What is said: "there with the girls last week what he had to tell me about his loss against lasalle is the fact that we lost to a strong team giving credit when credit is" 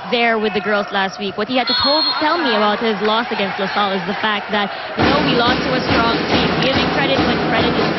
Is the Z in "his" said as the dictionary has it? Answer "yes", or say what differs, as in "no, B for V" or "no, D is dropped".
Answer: yes